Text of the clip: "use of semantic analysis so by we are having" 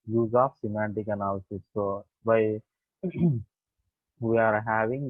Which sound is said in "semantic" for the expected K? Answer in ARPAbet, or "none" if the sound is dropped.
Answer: K